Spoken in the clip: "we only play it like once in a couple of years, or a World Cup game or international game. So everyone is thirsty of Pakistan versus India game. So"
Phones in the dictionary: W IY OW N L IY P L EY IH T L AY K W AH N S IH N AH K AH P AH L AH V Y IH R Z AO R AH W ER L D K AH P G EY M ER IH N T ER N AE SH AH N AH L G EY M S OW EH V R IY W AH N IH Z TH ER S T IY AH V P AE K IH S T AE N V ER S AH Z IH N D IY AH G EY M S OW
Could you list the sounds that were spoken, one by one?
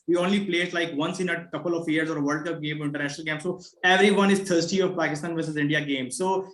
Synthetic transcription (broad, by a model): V IY OW N L IY P L EY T L AY K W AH N S IH N AH K AH P AH L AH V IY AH R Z AO R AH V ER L D K AH P G EY M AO IH N T ER N AE SH AH N AH L G EY M S OW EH V R IY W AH N IH Z T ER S T IY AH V P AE K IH S T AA N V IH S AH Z IH N D IY AH G EY M S OW